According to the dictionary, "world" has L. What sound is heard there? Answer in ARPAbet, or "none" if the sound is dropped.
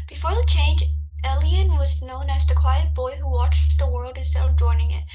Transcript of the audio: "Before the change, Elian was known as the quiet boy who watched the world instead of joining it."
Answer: L